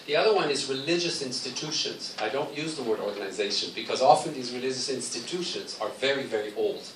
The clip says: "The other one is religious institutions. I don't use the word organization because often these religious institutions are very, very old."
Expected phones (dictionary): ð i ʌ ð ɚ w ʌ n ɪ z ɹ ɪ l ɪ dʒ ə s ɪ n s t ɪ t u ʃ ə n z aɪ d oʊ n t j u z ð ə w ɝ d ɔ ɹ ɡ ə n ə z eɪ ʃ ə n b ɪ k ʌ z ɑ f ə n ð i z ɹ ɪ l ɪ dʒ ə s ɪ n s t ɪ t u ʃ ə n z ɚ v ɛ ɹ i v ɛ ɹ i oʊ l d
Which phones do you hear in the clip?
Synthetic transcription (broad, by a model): ð i ʌ ð ɚ w ʌ n ɪ z ɹ ɪ l ɪ dʒ ə s ɪ n s t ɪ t u ʃ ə n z aɪ d oʊ n t j u z ð ə w ɝ d ɔ ɹ ɡ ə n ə z eɪ ʃ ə n b ɪ k ʌ z ɑ f ə n ð i z ɹ ɪ l ɪ dʒ ə s ɪ n s t ɪ t u ʃ ə n z ɚ v ɛ ɹ i v ɛ ɹ i oʊ l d